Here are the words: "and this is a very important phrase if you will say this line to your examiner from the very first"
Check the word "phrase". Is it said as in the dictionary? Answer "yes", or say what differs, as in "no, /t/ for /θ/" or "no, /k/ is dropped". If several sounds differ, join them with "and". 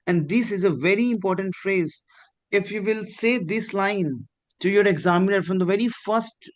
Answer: yes